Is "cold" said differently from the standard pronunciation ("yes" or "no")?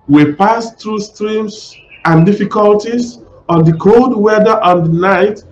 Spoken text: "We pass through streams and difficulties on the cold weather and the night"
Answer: no